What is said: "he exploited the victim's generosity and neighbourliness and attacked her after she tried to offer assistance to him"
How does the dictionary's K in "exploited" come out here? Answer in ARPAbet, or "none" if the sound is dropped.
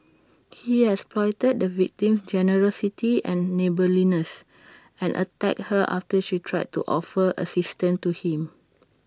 none